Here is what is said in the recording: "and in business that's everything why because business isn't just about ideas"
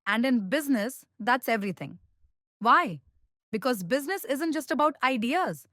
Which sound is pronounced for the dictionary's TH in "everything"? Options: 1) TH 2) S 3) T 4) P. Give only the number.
3